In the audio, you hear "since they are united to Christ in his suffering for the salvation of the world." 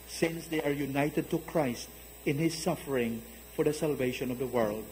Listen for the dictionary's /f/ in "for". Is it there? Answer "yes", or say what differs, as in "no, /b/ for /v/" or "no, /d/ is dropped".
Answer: yes